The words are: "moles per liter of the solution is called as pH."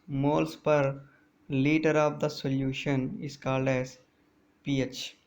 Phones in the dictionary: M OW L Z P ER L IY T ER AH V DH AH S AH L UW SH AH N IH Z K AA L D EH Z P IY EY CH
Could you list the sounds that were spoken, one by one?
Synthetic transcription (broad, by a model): M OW L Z P ER L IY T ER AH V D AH S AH L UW SH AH N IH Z K AA L D EH Z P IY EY CH